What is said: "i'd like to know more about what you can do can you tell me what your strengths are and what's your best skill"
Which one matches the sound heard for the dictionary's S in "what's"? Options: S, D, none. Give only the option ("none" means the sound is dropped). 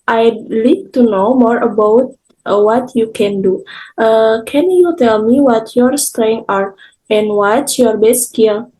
none